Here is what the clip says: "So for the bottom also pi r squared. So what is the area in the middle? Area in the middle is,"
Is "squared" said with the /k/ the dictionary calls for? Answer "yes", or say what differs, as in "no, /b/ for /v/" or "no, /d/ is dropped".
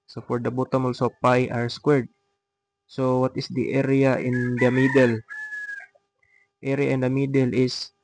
yes